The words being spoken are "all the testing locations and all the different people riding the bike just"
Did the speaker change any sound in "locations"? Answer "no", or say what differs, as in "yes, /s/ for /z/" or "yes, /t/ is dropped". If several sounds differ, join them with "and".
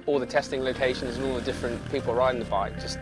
no